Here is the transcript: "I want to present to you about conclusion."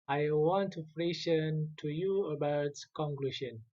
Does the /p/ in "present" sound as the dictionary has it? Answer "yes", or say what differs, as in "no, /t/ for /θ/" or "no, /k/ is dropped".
no, /f/ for /p/